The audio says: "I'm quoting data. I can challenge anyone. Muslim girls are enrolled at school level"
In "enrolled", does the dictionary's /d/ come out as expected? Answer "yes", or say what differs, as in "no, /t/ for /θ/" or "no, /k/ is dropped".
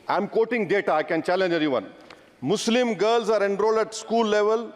yes